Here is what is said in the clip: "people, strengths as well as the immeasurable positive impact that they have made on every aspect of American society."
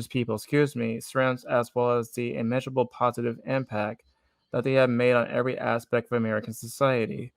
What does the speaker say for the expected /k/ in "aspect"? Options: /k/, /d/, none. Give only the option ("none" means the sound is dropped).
/k/